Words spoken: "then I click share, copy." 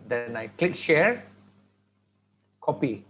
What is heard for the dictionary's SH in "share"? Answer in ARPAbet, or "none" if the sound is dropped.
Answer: SH